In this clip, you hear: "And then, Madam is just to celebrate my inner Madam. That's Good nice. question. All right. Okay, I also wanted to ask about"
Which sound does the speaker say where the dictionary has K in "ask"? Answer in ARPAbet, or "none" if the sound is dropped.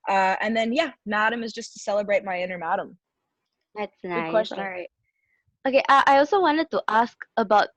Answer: K